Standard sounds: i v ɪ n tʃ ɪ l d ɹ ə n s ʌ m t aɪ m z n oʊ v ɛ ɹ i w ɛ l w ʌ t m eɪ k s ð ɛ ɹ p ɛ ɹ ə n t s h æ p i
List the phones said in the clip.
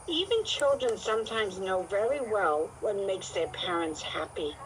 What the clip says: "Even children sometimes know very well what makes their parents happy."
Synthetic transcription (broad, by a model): i v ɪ n tʃ ɪ l d ɹ ə n s ʌ m t aɪ m z n oʊ v ɛ ɹ i w ɛ l w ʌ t m eɪ k s ð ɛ ɹ p ɛ ɹ ə n t s h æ p i